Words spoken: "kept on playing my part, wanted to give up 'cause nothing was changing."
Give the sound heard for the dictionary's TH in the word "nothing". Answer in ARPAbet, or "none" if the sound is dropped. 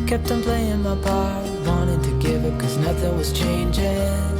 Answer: TH